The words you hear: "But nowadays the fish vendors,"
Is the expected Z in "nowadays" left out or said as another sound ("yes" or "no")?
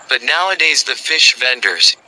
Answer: no